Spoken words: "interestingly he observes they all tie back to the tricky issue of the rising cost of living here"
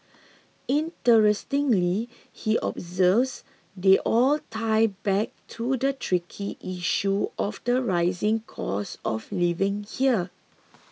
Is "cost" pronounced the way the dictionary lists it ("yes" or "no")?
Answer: no